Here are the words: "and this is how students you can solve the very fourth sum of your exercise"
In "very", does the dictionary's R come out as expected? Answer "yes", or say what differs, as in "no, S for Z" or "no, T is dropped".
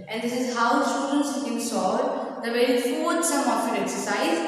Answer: no, R is dropped